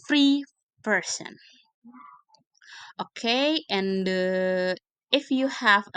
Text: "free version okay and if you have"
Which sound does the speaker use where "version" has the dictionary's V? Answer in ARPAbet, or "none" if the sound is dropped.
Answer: P